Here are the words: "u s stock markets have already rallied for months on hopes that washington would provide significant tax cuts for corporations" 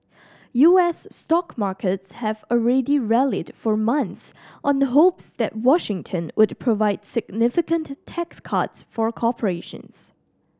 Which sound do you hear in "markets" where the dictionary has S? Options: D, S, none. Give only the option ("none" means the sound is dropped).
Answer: S